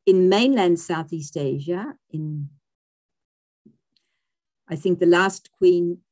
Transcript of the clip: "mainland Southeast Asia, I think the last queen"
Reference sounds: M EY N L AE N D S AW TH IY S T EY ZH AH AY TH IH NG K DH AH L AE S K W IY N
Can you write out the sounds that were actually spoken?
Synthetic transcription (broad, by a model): M EY N L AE N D S AW TH IY S T EY ZH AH AY TH IH NG K DH AH L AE S K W IY N